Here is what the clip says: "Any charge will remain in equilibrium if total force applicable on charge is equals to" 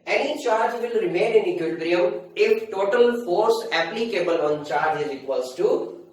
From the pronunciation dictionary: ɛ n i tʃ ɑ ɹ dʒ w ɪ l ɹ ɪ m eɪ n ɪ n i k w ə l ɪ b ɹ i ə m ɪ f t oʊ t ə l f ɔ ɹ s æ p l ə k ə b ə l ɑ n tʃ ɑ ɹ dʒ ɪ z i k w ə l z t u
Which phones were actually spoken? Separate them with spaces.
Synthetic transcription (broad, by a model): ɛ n i tʃ ɑ ɹ dʒ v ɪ l ɹ ɪ m eɪ n ɪ n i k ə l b ɹ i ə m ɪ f t oʊ t ə l f ɔ ɹ s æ p l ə k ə b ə l ɑ n tʃ ɑ ɹ dʒ ɪ z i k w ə l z t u